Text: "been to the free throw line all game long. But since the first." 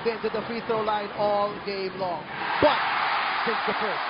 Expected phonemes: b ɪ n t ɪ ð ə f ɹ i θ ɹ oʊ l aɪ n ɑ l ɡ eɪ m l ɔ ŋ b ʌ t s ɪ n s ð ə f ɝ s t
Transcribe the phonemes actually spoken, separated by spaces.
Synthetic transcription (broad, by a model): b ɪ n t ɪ ð ə f ɹ i θ ɹ oʊ l aɪ n ɑ l ɡ eɪ m l ɔ ŋ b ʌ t s ɪ n s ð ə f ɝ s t